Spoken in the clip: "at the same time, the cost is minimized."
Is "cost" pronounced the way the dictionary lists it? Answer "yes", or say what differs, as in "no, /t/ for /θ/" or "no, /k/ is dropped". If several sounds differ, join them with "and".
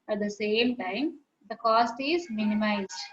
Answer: yes